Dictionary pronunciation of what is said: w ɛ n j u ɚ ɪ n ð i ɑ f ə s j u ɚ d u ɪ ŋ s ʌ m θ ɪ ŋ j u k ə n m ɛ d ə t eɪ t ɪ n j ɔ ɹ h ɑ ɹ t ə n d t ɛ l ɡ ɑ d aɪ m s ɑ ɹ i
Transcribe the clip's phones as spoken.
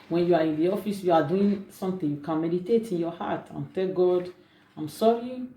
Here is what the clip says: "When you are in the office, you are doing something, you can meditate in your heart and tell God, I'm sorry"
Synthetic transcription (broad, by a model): w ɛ n j u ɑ ɪ n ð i ɑ f ə s j u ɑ d u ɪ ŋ s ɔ m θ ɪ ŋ j u k ə n m ɛ d ə t eɪ t ɪ n j ɔ h ɑ t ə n t ɛ l ɡ ɑ d aɪ m s ɑ ɹ i